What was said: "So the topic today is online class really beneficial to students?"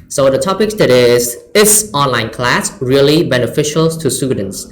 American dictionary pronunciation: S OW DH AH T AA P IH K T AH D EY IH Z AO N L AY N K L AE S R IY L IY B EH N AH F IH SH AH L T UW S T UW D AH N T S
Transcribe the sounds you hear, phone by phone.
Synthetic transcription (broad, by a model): S OW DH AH T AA P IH K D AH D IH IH S AO N L AY N K L AE S R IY L IY B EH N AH F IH SH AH L T UW S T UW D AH N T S